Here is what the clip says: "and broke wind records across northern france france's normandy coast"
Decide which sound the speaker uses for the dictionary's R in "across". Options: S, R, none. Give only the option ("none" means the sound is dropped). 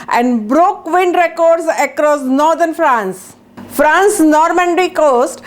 R